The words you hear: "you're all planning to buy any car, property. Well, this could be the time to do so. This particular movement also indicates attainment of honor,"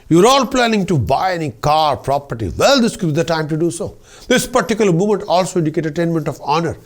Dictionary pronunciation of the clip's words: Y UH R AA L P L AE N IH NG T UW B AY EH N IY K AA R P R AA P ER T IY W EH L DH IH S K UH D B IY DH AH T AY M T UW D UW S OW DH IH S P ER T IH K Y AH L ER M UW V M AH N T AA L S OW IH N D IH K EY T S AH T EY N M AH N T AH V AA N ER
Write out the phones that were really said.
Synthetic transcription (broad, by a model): Y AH R AA L P L AE N IH NG T UW B AY EH N IY K AA R P R AA P ER T IY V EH L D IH S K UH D B IY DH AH T AY M T UW D UW S OW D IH S P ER T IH K Y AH L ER M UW M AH N T AA L S OW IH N D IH K EY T AH T EY N M AH N T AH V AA N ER